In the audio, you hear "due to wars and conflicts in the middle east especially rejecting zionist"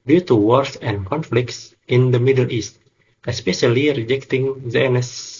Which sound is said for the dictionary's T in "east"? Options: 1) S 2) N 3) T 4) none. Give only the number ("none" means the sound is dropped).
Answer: 3